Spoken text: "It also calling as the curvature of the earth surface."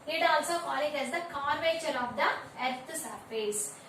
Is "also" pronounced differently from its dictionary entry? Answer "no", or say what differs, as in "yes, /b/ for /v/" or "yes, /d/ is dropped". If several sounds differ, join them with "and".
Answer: no